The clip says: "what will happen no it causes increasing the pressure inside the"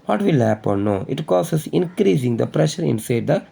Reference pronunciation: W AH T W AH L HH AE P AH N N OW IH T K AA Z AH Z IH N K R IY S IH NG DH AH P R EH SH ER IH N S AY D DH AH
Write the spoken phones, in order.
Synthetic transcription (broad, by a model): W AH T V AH L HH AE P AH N N OW IH T K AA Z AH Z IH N K R IY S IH NG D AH P R EH SH ER IH N S AY D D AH